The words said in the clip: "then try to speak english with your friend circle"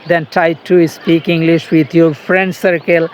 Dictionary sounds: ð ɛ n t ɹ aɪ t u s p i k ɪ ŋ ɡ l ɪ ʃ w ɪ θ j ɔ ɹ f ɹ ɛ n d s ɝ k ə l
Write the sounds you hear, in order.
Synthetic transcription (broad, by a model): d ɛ n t aɪ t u s p i k ɪ ŋ ɡ l ɪ ʃ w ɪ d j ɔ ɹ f ɹ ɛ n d s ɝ k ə l